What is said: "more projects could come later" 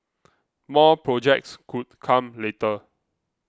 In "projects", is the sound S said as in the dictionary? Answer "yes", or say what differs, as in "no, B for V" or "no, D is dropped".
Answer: yes